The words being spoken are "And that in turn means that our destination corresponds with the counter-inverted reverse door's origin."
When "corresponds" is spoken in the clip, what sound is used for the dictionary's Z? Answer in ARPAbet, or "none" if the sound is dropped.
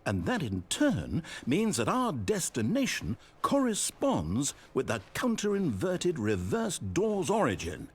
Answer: Z